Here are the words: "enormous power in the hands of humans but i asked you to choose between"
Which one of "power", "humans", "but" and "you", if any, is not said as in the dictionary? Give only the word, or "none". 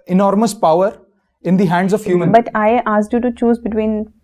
humans